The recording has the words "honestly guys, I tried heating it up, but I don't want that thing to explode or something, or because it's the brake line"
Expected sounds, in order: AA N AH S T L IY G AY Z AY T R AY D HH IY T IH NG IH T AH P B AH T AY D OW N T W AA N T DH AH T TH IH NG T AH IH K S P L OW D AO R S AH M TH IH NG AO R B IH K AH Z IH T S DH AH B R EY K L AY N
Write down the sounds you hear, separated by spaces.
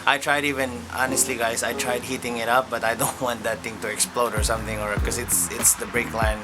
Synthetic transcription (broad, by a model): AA N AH S T L IY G AY S AY T R AY D HH IY T IH NG IH T AH P B AH T AY D OW N T W AA N T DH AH T TH IH NG T AH IH K S P L OW D AO R S AH M TH IH NG AO R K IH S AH S IH T S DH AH B R EY K L AY N